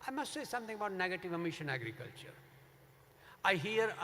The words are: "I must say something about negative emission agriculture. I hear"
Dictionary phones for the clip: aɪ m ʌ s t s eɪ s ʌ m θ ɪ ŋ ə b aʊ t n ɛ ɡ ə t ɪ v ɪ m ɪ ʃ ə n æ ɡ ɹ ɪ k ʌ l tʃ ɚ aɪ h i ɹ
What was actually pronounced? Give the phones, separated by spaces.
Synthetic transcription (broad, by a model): aɪ m ʌ s t s eɪ s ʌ m t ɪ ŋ ə b aʊ t n ɛ ɡ ə t ɪ v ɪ m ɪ ʃ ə n æ ɡ ɹ ɪ k ʌ l tʃ ɚ aɪ h i ɹ